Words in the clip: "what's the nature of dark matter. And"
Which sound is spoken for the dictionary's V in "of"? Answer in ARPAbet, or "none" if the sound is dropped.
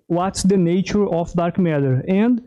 F